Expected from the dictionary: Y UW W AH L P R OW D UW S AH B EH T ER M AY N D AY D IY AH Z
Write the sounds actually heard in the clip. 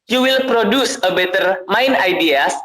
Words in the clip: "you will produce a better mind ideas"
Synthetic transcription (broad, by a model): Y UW W AH L P R OW D UW S AH B EH T ER M AY N AY D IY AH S